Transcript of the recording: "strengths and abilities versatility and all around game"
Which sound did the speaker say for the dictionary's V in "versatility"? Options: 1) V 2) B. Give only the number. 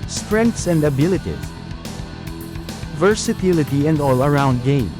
1